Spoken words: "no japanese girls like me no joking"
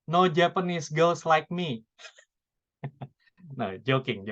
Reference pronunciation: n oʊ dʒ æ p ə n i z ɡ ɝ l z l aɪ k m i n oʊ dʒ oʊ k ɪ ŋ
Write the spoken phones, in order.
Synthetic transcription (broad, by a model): n oʊ dʒ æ p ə n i s ɡ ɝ l s l aɪ k m i n oʊ dʒ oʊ k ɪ ŋ